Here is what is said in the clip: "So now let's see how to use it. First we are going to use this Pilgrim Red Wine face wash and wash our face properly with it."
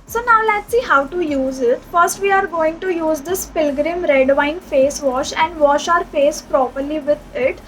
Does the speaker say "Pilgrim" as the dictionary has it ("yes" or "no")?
yes